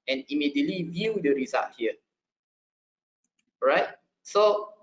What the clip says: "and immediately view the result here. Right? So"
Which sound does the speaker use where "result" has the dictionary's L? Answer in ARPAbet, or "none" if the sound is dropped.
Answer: none